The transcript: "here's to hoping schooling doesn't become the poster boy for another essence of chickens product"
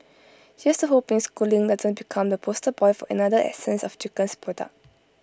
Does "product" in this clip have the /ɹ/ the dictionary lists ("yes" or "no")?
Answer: no